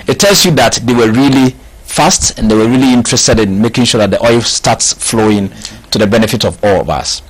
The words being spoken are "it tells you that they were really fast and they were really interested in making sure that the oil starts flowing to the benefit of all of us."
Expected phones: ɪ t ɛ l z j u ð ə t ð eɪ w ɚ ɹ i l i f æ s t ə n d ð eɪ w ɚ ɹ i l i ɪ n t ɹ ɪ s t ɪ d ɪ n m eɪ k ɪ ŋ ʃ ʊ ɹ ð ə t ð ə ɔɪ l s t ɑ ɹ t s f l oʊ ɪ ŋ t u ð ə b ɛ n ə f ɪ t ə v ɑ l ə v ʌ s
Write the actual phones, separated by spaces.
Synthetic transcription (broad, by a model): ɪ t ɛ l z j u ð ə t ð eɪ w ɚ ɹ i l i f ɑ s t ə n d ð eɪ w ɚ ɹ i l i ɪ n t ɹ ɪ s t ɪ d ɪ n m eɪ k ɪ ŋ ʃ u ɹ ð ə t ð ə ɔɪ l s t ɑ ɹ t s f l oʊ ɪ ŋ t u ð ə b ɛ n ə f ɪ t ə v ɑ l ə v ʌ s